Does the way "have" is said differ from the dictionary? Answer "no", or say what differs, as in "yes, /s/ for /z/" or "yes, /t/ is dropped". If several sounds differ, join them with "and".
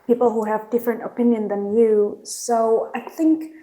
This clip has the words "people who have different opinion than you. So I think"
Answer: no